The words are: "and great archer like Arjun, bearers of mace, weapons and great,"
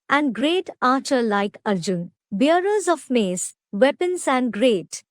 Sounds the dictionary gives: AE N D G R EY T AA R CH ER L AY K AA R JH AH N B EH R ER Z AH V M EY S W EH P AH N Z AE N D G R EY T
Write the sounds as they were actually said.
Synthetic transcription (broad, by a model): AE N D G R EY T AA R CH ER L AY K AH R JH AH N B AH R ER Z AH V M EY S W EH P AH N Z AE N D G R EY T